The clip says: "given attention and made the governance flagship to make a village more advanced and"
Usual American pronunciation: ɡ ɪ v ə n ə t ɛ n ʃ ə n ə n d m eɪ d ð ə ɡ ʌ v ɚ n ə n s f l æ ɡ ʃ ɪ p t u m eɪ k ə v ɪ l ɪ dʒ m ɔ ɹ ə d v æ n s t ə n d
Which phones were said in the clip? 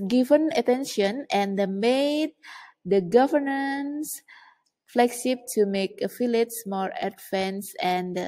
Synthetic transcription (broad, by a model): ɡ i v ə n ə t ɛ n ʃ ə n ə n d m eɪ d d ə ɡ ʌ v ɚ n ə n s f l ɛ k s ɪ b t u m eɪ k ə f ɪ l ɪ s m ɔ ɹ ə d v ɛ n s ə n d